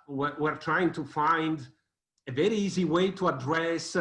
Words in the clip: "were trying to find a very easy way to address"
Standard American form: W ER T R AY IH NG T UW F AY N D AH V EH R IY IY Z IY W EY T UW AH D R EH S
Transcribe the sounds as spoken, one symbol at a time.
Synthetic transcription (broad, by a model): W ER T R AY IH NG T UW F AY N D AH V EH R IY IY Z IY W EY T UW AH D R EH S